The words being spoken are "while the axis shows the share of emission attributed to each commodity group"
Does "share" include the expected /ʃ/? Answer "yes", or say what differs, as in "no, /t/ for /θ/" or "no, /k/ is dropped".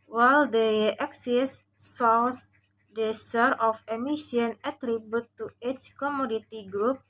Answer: no, /s/ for /ʃ/